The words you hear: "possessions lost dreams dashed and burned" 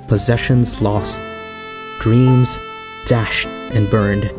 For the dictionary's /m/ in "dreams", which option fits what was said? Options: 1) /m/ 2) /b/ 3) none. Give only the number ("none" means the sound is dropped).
1